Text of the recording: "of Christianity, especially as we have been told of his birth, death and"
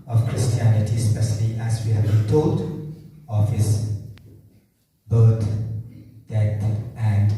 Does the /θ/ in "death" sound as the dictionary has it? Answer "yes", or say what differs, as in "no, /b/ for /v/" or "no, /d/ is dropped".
no, /t/ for /θ/